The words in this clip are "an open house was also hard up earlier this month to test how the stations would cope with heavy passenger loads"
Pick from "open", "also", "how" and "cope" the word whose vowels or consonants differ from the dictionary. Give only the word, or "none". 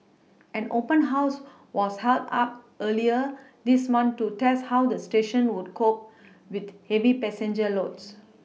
also